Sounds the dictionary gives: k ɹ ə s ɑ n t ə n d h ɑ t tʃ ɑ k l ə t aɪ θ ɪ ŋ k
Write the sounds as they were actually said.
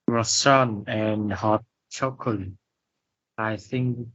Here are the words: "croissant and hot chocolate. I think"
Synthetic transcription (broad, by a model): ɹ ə s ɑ n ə n h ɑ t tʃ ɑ k ə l aɪ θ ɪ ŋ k